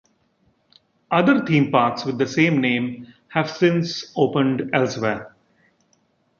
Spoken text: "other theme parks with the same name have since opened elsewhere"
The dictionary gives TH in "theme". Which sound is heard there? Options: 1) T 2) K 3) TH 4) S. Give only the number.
1